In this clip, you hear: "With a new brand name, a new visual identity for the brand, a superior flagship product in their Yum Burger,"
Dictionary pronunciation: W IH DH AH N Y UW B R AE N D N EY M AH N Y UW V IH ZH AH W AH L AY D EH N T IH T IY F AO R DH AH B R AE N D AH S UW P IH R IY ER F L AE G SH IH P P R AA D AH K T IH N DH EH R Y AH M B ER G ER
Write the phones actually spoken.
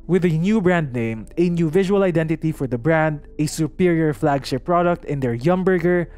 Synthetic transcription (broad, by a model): W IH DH AH N Y UW B R AE N D N EY M AH N Y UW V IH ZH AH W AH L AY D EH N T IH T IY F AO R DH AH B R AE N D AH S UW P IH R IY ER F L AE G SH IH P P R AA D AH K T IH N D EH R Y AH M B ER G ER